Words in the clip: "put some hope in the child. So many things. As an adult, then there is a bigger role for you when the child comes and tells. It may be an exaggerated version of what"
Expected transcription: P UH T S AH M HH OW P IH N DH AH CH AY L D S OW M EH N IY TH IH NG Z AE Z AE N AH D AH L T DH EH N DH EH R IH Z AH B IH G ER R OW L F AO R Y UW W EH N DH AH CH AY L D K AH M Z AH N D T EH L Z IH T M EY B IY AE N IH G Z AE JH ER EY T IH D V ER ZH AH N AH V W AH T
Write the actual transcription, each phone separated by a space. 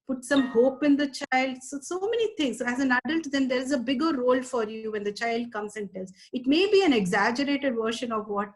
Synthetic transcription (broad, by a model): P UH T S AH M HH OW P IH N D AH CH AY L D S OW M EH N IY T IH NG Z AE Z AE N AH D AH L T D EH N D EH R IH Z AH B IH G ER R OW L F AO R Y UW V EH N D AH CH AY L D K AH M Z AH N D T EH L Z IH T M EY B IY AE N IH G Z AE JH ER EY T IH D V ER SH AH N AH V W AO T